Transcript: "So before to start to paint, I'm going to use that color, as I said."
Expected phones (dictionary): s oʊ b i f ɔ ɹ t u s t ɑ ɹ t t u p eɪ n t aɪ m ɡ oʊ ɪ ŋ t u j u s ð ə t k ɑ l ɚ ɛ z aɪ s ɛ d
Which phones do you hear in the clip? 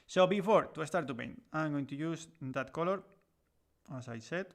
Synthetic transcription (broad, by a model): s oʊ b i f ɔ ɹ t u s t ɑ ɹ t t u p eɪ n aɪ m ɡ oʊ ɪ ŋ t u j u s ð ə t k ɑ l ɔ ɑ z aɪ s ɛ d